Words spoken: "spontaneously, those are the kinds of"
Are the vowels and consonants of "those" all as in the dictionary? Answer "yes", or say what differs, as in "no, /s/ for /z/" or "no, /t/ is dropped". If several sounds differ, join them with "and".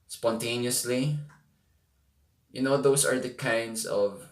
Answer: no, /s/ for /z/